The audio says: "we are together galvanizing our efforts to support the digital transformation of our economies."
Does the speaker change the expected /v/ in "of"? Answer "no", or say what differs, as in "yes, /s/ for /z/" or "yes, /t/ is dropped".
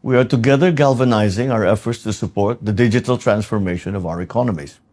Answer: no